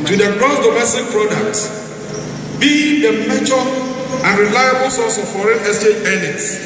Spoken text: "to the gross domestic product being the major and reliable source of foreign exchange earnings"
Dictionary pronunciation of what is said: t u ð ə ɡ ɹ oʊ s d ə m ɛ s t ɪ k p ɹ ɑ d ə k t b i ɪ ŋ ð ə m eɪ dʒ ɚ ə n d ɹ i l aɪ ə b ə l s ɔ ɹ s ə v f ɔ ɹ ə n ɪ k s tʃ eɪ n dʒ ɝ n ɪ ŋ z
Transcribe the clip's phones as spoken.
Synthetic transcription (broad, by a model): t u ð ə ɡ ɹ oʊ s d ə m ɛ s t ɪ k p ɹ ɑ d ə k t b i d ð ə m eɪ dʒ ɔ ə n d ɹ i l aɪ ə b ə l s ɔ s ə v f ɔ ɹ ə n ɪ s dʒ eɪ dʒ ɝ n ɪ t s